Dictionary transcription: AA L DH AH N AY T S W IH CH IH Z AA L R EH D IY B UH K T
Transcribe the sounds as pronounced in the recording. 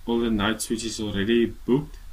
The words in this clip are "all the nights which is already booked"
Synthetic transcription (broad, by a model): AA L DH AH N AY T S W IH CH IH Z AA L R EH D IY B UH K T